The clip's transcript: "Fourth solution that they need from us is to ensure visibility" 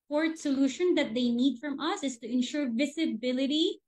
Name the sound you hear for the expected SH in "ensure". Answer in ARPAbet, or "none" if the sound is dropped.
SH